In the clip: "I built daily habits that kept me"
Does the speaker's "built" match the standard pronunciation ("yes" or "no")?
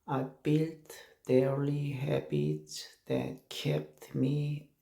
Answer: yes